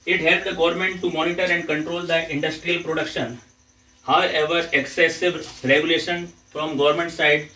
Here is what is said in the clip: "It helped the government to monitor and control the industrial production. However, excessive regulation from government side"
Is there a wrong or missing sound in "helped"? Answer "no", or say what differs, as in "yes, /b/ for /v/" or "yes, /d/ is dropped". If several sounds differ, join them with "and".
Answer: yes, /p/ is dropped